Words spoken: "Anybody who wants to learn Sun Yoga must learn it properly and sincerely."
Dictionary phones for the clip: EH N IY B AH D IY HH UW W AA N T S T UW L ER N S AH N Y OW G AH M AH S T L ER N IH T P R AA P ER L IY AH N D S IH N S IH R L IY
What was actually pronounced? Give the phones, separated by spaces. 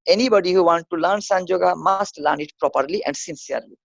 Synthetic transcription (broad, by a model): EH N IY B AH D IY HH UW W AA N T T UW L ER N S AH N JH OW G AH M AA S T L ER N IH T P R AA P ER L IY AH N D S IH N S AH R L IY